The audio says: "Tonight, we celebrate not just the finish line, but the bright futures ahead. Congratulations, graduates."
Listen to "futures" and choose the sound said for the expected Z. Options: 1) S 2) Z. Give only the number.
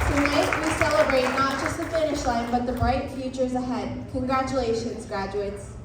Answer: 2